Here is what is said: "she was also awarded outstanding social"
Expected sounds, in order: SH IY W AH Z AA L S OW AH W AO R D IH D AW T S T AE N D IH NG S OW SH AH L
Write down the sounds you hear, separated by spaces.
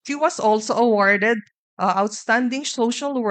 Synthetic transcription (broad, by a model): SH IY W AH S AA L S OW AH W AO R D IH D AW T S T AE N D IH NG S OW SH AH L